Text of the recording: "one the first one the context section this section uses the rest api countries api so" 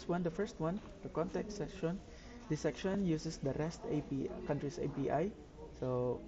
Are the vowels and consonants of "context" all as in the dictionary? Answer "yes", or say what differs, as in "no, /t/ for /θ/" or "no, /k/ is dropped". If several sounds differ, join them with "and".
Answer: no, /s/ is dropped